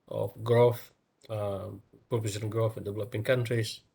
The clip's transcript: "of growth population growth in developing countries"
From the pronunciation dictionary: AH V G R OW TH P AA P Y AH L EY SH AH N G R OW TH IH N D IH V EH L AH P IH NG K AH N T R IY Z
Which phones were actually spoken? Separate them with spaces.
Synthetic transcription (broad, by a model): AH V G R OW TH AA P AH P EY S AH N G R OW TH IH N D IH V EH L AH P IH NG K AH N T R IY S